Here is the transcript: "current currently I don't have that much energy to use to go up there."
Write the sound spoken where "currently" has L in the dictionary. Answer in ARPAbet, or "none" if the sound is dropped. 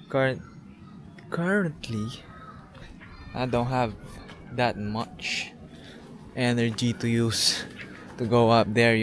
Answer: none